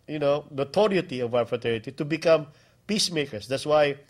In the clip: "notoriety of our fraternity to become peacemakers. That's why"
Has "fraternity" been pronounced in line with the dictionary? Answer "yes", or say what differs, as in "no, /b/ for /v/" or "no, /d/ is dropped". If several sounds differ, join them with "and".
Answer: no, /n/ is dropped